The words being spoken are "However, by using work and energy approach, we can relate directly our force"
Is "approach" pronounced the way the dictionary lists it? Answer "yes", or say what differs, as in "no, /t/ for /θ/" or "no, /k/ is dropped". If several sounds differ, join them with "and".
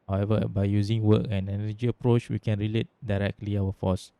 yes